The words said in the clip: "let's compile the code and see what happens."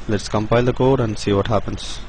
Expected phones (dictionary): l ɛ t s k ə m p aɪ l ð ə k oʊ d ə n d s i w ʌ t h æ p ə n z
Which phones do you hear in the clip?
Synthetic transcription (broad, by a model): l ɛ t s k ə m p aɪ l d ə k oʊ d ə n d s i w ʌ t h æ p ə n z